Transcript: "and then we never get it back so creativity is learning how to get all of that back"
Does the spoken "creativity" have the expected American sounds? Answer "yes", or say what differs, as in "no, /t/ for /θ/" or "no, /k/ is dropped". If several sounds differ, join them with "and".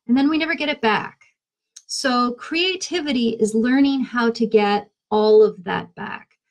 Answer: yes